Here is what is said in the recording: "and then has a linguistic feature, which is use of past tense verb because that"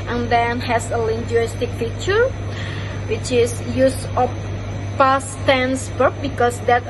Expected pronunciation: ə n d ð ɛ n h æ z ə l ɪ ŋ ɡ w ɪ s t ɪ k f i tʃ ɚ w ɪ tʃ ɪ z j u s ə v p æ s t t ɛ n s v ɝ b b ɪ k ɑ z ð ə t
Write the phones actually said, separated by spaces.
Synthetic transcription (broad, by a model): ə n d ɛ n h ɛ s ə l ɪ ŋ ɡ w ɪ s t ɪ k f i tʃ ɚ w ɪ tʃ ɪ s j u s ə f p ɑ s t t ɛ n s b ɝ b b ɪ k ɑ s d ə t